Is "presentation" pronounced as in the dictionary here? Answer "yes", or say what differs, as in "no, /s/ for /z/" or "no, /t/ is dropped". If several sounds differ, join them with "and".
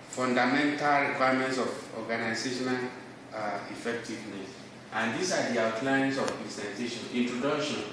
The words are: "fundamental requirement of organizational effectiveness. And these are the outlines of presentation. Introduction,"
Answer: no, /ɹ/ is dropped and /s/ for /z/